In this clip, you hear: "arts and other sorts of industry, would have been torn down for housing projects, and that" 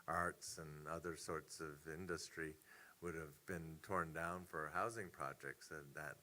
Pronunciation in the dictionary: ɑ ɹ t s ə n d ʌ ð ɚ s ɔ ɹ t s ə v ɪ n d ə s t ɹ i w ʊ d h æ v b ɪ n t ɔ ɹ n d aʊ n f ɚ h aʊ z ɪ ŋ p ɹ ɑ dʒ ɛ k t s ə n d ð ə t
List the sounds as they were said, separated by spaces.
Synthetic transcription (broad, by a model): ɑ ɹ t s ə n ʌ ð ɚ s ɔ ɹ t s ə v ɪ n d ə s t ɹ i w ʊ d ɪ v b ɪ n t ɔ ɹ n d aʊ n f ɚ h aʊ z ɪ ŋ p ɹ ɑ dʒ ɛ k t s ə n ð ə t